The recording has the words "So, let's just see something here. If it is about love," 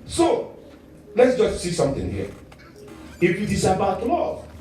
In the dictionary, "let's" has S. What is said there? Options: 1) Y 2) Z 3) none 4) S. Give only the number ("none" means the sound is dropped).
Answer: 4